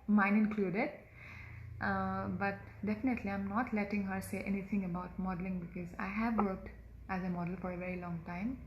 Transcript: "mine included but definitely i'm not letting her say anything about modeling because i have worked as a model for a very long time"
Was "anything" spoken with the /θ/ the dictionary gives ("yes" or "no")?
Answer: no